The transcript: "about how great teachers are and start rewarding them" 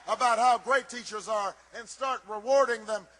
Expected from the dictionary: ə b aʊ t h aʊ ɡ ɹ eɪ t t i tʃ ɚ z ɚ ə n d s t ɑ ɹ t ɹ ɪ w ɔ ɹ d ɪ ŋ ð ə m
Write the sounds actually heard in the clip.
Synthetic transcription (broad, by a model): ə b aʊ t h aʊ ɡ ɹ eɪ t t i tʃ ɚ z ɚ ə n s t ɑ ɹ t ɹ ɪ w ɔ ɹ d ɪ ŋ ð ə m